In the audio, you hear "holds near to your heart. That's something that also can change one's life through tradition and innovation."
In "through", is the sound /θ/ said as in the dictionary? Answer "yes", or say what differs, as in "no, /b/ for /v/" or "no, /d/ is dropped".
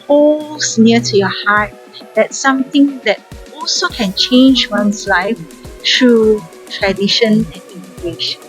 no, /t/ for /θ/